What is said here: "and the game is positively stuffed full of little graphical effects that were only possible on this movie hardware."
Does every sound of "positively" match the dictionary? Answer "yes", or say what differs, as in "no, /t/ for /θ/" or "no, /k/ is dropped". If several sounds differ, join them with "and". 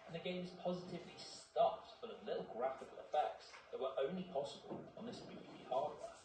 yes